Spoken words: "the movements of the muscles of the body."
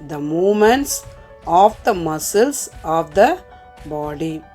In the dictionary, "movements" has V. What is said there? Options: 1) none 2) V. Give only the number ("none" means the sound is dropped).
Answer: 1